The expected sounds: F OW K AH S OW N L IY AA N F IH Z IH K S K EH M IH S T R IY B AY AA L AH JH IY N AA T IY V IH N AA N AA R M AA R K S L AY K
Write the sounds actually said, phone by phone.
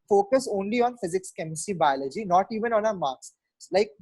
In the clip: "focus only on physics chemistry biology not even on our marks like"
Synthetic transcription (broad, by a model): F OW K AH S OW N L IY AA N F IH Z IH K S K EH M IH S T IY B AY AA L AH JH IY N AA T IY V IH N AA N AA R M AA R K S L AY K